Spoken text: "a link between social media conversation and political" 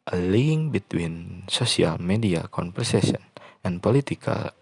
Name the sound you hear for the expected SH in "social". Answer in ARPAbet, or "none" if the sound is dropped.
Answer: S